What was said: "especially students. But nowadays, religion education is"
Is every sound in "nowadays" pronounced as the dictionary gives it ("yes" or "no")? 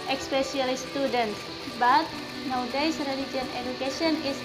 no